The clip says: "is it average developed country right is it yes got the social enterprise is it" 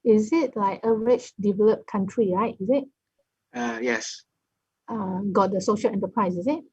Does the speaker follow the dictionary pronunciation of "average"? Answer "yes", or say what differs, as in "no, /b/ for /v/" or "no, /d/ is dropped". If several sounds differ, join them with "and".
no, /tʃ/ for /dʒ/